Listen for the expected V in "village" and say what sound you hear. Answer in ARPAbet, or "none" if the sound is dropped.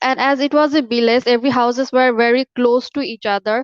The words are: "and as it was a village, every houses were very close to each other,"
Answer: B